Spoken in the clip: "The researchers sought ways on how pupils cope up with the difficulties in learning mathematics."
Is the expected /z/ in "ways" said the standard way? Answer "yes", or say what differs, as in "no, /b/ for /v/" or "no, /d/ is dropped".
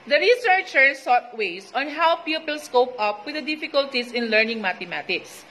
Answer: no, /s/ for /z/